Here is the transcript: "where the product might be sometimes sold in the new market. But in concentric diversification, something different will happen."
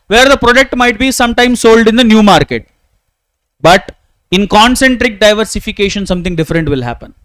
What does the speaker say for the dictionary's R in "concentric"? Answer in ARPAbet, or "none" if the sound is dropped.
R